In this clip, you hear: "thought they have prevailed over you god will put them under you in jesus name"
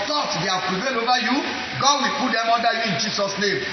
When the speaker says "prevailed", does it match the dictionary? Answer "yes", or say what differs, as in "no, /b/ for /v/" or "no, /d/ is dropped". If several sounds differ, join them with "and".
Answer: no, /d/ is dropped